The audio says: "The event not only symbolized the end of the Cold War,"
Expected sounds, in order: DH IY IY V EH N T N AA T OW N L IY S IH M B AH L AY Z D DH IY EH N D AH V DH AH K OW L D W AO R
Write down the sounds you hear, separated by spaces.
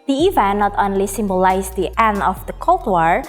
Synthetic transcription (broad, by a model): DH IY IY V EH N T N AA T OW N L IY S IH M B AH L AY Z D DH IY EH N AH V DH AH K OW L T W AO R